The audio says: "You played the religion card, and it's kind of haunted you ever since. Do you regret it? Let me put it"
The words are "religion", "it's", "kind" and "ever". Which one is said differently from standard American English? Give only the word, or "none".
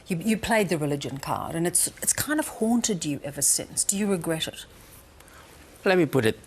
none